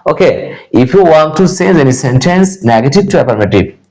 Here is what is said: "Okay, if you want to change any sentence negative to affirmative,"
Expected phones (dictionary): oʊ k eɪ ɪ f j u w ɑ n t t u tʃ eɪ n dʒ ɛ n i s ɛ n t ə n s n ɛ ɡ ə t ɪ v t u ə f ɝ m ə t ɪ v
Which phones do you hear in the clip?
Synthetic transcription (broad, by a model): oʊ k eɪ ɪ f j u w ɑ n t t u s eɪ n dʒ ɛ n i s ɛ n t ə n s n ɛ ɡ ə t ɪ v t u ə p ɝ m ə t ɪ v